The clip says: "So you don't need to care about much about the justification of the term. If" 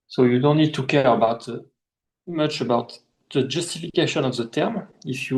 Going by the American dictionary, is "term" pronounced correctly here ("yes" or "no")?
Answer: yes